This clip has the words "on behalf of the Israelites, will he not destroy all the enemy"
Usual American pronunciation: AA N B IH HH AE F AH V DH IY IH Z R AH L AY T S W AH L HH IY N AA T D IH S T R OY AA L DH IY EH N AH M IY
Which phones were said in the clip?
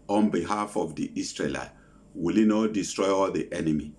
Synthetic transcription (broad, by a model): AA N B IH HH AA F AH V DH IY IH S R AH L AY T W AH L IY N AA T D IH S T R OY AA L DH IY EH N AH M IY